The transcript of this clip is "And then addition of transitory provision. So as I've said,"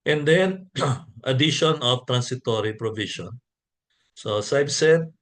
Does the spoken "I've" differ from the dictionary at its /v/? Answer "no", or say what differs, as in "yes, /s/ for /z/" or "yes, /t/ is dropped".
yes, /b/ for /v/